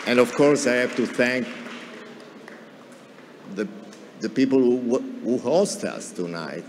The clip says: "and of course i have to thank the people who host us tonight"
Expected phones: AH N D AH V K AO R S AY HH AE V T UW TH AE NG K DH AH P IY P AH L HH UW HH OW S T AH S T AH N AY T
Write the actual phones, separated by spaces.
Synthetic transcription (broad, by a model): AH N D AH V K AO R S AY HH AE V T UW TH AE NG K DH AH P IY P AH L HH UW HH OW S T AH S T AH N AY T